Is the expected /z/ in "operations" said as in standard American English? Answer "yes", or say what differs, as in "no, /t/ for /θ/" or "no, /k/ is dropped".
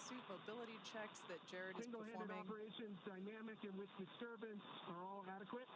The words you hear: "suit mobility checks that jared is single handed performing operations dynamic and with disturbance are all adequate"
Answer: yes